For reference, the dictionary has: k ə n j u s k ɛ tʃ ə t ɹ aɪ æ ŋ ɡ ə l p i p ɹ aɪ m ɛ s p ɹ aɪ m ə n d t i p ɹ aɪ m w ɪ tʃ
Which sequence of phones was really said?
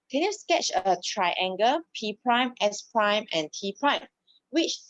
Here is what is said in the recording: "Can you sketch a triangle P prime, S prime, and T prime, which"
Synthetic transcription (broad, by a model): k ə n j u s k ɛ tʃ ə t ɹ aɪ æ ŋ ɡ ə p i p ɹ aɪ m ɛ s p ɹ aɪ m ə n t i p ɹ aɪ m w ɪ tʃ